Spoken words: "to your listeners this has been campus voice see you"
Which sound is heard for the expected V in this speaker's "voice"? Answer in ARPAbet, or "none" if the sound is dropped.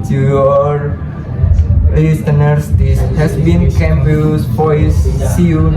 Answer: F